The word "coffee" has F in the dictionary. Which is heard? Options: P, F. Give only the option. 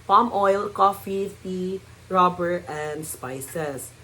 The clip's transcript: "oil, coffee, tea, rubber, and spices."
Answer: F